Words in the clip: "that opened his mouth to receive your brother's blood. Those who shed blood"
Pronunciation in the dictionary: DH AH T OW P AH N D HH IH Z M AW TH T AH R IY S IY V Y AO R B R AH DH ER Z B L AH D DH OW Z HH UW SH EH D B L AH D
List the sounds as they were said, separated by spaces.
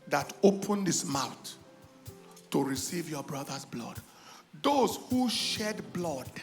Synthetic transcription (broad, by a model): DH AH T OW P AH N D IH S M AW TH T AH R IY S IY V Y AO B R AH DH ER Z B L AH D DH OW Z HH UW SH EH D B L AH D